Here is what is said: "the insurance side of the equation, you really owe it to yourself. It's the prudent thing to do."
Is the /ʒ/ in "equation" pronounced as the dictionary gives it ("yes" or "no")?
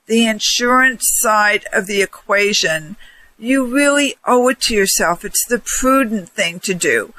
yes